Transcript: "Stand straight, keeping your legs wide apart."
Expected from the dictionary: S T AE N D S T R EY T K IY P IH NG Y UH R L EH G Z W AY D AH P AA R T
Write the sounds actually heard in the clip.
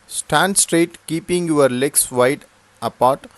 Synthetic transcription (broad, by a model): S T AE N D S T R EY T K IY P IH NG Y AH R L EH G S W AY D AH P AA R T